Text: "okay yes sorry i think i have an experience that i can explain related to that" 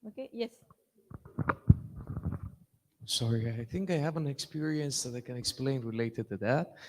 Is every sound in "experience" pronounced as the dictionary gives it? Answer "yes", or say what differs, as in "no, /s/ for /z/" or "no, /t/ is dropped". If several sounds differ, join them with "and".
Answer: yes